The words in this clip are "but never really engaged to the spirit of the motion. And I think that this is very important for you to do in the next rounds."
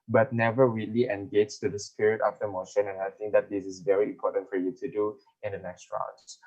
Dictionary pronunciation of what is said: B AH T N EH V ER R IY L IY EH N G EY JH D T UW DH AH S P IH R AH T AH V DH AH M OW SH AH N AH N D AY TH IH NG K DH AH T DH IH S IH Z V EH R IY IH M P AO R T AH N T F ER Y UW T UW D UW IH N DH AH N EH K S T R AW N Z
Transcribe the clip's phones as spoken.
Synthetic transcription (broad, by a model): B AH T N EH V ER R IY L IY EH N G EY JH T UW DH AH S P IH R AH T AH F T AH M OW SH AH N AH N AY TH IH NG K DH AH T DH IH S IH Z V EH R IY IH M P AO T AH N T F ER Y UW T UW D UW IH N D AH N EH K S T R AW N